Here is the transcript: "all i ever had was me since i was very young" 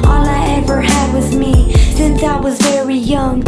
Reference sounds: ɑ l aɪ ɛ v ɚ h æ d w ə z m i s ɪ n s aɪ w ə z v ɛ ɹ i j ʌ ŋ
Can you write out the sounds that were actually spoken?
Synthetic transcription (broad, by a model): ɑ l aɪ ɛ v ɚ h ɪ d w ə z m i s ɪ n s aɪ w ə z v ɛ ɹ i j ʌ ŋ